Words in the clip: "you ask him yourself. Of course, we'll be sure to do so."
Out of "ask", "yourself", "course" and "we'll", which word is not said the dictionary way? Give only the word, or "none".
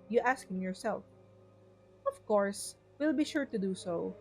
none